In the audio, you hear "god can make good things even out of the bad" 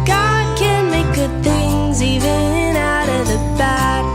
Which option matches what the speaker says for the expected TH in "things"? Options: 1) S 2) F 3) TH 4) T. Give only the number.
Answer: 3